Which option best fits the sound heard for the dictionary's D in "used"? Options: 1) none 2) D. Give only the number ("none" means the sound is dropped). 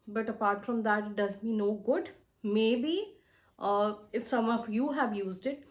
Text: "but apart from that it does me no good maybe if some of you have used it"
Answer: 2